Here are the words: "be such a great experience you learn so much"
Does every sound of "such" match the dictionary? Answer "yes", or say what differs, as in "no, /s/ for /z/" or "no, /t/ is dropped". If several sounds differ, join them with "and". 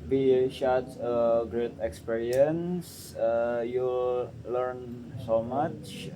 no, /ʃ/ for /s/ and /s/ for /tʃ/